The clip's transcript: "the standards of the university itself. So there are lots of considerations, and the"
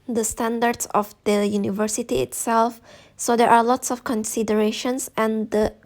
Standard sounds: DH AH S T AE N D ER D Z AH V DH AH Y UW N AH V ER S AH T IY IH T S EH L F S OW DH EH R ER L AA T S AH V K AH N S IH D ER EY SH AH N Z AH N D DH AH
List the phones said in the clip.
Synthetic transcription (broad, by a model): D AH S T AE N D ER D S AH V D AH Y UW N AH V ER S AH T IY IH T S EH L F S OW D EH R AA L AA T S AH F K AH N S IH D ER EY SH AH N S AH N D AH